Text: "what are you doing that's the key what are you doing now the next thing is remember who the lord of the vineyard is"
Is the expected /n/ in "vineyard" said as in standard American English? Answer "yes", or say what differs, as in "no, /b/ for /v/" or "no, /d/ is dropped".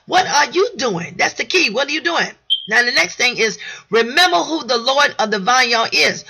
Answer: no, /n/ is dropped